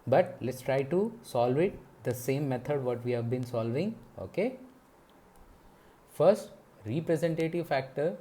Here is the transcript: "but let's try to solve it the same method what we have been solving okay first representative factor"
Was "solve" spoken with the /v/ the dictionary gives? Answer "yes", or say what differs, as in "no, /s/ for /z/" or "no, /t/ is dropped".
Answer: yes